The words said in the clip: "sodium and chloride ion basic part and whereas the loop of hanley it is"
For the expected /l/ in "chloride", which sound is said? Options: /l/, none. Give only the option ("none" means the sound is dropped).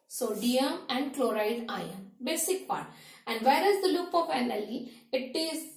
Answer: /l/